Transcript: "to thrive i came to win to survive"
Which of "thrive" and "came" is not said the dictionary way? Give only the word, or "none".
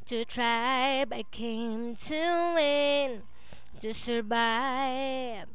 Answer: thrive